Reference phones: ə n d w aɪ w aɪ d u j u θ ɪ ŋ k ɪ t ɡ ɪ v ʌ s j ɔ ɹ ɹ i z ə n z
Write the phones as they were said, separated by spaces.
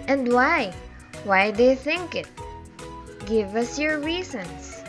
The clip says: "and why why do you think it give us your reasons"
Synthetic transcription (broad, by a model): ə n d w aɪ w aɪ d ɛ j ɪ θ ɪ ŋ k ɪ t ɡ ɪ v ʌ s j ɔ ɹ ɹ i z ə n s